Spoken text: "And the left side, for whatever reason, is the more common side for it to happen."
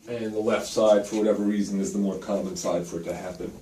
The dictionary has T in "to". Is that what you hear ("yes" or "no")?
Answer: yes